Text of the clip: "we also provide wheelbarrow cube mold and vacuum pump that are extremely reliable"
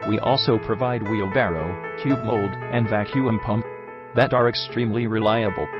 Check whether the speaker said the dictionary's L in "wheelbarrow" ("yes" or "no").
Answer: yes